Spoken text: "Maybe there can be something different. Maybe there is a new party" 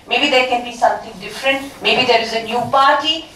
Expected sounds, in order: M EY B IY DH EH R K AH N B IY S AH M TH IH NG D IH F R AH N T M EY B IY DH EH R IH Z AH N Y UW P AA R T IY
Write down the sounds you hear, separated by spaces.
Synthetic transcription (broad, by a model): M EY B IY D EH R K AH N B IY S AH M T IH NG D IH F R AH N T M EY B IY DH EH R IH Z AH N Y UW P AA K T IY